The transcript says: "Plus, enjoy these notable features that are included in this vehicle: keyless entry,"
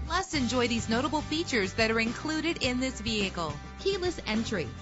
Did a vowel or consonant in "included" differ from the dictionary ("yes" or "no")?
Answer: no